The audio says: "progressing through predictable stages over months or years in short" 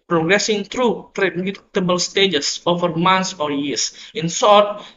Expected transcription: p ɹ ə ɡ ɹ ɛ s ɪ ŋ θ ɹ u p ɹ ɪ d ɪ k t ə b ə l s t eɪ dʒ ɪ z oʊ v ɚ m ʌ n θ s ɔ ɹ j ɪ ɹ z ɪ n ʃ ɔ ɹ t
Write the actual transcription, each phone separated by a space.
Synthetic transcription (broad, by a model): p ɹ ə ɡ ɹ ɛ s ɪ ŋ t ɹ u ɹ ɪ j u t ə b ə l s t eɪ dʒ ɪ s oʊ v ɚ m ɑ n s ɔ ɹ j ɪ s ɪ n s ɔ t